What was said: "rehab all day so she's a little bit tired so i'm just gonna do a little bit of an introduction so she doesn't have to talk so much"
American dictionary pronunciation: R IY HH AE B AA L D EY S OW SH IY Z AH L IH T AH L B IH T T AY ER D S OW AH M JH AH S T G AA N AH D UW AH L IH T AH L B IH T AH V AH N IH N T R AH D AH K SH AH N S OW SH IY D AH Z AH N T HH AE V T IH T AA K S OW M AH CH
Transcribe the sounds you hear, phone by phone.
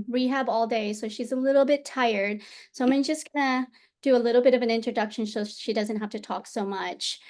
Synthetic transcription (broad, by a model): R IY HH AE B AA L D EY S OW SH IY Z AH L IH T L B IH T T AY ER D S OW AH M JH AH S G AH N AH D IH AH L IH T L B IH T AH V AH N IH N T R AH D AH K SH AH N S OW SH IY D AH Z AH N T HH AE F T IH T AA K S OW M AH CH